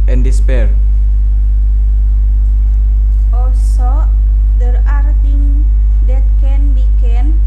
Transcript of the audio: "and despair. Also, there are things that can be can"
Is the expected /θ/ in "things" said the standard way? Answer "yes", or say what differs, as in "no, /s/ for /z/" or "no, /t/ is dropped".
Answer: no, /t/ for /θ/